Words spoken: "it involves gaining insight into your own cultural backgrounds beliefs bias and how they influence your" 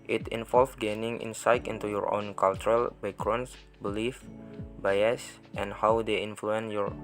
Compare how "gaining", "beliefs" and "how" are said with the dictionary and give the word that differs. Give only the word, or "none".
beliefs